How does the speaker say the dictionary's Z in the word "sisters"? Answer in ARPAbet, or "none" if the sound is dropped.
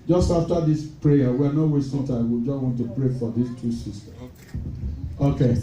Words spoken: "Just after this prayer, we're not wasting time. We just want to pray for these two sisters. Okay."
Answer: none